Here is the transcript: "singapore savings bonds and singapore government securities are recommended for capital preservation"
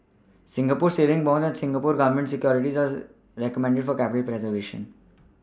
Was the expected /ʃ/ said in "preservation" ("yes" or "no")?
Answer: yes